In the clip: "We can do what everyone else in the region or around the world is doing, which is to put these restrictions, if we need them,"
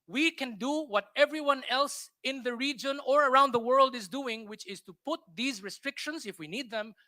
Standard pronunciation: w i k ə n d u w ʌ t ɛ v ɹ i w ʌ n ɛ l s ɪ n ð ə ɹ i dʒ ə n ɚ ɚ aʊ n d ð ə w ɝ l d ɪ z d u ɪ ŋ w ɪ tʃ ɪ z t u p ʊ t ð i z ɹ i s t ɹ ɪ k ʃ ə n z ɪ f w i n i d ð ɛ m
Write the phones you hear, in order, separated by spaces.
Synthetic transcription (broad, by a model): w i k ə n d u w ʌ t ɛ v ɹ i w ʌ n ɛ l s ɪ n ð ə ɹ i dʒ ə n ɚ ɚ aʊ n d ð ə w ɝ l d ɪ z d u ɪ ŋ w ɪ tʃ ɪ z t u p ʊ t ð i z ɹ i s t ɹ ɪ k ʃ ə n z ɪ f w i n i d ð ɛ m